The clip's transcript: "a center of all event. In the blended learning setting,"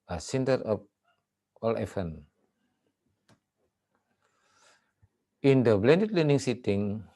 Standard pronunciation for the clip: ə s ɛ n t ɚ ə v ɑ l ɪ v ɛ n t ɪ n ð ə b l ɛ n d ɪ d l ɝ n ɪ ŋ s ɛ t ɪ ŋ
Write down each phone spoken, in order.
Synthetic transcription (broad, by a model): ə s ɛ n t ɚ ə p ɑ l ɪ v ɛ n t ɪ n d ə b l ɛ n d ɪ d l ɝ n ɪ ŋ s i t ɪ ŋ